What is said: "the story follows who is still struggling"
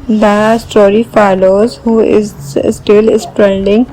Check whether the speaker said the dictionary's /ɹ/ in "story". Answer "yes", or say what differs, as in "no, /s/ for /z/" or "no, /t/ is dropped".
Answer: yes